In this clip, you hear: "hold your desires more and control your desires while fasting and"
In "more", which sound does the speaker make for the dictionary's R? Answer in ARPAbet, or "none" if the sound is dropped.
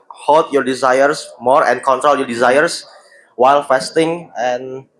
R